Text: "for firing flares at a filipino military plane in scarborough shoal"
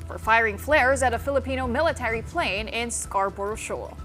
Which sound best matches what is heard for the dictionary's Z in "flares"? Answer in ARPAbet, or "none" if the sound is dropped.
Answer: Z